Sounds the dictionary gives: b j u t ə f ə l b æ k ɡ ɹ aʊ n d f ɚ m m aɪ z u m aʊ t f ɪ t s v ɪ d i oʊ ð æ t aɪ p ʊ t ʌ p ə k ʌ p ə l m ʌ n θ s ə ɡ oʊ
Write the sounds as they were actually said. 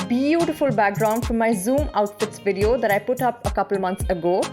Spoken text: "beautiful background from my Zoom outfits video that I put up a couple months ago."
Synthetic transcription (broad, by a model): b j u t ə f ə l b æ k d ɹ aʊ n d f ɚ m m aɪ z u m aʊ t f ɪ t s v ɪ d i oʊ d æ t aɪ p ʊ t ʌ p ə k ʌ p l m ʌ n t s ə ɡ oʊ